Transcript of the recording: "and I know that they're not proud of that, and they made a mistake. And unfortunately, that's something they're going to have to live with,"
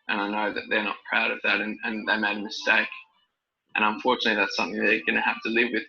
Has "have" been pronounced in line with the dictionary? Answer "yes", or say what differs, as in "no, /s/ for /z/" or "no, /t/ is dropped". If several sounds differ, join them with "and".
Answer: no, /f/ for /v/